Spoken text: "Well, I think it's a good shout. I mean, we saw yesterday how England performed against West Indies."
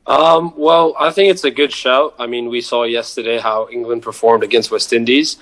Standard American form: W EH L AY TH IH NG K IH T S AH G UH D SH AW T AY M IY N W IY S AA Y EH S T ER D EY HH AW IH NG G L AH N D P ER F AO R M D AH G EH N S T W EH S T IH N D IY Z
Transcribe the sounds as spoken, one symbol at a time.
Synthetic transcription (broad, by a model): W EH L AY TH IH NG K IH T S AH G UH D SH AW T AY M IY N W IY S AA Y EH S T ER D EY HH AW IH NG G L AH N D P ER F AO R M D AH G EH N S T W EH S T IH N D IY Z